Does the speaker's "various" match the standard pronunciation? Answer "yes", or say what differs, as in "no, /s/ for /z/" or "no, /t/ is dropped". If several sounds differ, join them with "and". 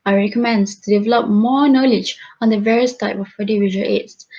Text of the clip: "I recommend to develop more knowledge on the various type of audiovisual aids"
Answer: yes